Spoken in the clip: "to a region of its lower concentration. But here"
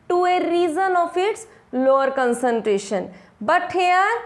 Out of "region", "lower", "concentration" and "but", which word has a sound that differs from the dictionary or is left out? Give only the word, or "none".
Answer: region